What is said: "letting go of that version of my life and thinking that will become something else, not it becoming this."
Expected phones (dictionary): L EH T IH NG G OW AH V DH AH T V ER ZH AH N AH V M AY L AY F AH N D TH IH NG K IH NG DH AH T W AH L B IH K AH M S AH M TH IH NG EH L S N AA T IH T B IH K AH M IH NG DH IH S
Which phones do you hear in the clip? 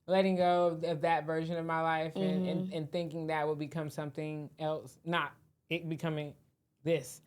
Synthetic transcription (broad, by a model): L EH T IH NG G OW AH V DH AH T V ER ZH AH N AH V M AY L AY F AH N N TH IH NG K IH NG DH AH T W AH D B IH K AH M S AH M TH IH NG EH L S N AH T IH T B IH K AH M IH NG DH IH S